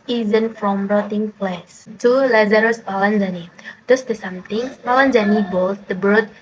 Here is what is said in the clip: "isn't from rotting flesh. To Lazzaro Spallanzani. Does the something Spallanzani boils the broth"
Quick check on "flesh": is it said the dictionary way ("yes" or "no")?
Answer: no